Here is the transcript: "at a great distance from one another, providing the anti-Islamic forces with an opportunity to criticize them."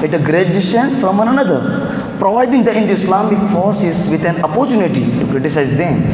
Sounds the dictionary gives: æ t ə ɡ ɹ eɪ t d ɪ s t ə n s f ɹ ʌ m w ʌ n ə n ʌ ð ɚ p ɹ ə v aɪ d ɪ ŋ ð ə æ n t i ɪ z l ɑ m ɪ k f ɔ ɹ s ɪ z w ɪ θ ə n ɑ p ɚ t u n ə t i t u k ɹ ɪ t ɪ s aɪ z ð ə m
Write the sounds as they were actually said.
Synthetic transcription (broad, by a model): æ t ə ɡ ɹ eɪ t d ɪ s t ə n s f ɹ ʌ m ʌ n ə n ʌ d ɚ p ɹ ə v aɪ d ɪ ŋ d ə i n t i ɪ s l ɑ m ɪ k f ɔ ɹ s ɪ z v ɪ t ə n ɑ p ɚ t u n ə t i t u k ɹ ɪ t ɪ s aɪ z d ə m